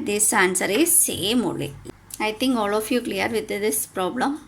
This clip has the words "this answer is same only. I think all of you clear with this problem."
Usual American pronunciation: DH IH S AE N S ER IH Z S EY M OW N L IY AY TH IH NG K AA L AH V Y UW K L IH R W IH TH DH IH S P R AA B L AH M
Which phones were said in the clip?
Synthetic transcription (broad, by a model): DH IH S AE N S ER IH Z S EY M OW L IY AY T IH NG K AA L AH F Y UW K L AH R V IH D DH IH S P R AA B L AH M